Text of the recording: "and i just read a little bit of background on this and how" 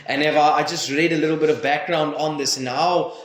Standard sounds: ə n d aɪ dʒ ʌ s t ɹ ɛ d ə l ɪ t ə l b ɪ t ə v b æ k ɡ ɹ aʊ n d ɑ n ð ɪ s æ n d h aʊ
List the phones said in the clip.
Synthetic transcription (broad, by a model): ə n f aɪ dʒ ʌ s t ɹ ɛ d ə l ɪ t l b ɪ t ə v b æ k ɡ ɹ aʊ n d ɑ n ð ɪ s n aʊ